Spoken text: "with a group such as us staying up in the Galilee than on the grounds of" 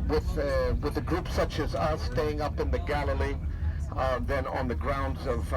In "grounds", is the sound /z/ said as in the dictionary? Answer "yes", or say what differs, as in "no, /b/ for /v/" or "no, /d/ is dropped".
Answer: yes